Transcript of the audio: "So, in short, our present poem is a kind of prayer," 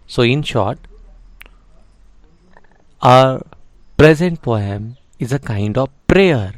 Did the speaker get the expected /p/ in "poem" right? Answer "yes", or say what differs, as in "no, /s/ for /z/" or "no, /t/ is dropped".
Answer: no, /f/ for /p/